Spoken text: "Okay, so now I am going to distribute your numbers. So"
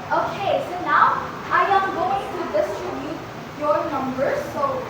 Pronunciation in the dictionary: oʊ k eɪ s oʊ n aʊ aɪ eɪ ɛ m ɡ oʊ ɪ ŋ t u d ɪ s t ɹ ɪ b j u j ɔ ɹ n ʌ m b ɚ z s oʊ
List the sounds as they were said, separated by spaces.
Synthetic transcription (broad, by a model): oʊ k eɪ s oʊ n aʊ aɪ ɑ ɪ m ɡ oʊ ɪ ŋ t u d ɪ s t ɪ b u j ɔ ɹ n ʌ m b ɚ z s oʊ